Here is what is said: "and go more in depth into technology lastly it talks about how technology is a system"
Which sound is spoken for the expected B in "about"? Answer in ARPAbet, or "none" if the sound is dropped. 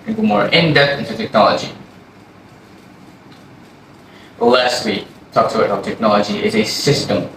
none